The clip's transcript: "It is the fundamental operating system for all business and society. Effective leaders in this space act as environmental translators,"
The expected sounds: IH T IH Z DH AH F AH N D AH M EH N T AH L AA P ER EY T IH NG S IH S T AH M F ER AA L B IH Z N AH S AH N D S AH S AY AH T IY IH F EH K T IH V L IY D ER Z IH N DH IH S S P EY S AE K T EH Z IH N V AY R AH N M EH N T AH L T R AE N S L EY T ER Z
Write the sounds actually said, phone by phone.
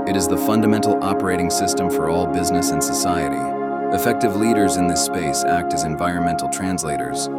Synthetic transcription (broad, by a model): IH T IH Z DH AH F AH N D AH M EH N T L AA P ER EY T IH NG S IH S T AH M F ER AA L B IH Z N AH S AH N S AH S AY AH T IY IH F EH K T IH V L IY D ER Z IH N DH IH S S P EY S AE K T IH Z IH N V AY R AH N M EH N T L T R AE N S L EY T ER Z